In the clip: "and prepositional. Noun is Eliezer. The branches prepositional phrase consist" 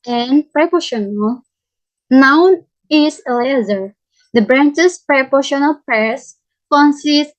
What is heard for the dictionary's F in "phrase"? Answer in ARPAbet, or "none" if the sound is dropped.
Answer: P